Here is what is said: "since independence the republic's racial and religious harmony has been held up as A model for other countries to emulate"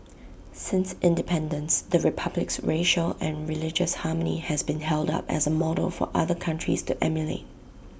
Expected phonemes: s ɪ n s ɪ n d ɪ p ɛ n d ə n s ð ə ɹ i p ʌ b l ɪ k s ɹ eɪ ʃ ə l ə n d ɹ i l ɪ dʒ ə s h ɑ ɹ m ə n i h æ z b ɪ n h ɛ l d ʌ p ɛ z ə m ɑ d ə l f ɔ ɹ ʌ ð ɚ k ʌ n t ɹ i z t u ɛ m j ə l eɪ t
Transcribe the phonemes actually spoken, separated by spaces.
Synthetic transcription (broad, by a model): s ɪ n s ɪ n d ɪ p ɛ n d ə n s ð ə ɹ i p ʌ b l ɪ k s ɹ eɪ ʃ ə l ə n ɹ i l ɪ dʒ ə s h ɑ m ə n i h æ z b ɪ n h ɛ l d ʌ p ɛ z ə m ɑ d ə l f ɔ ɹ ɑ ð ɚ k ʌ n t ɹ i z t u ɛ m j ə l eɪ t